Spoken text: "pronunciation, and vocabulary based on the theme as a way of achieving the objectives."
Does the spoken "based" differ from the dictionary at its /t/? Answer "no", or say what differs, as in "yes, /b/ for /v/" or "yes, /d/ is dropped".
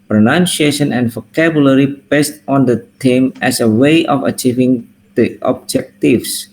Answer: no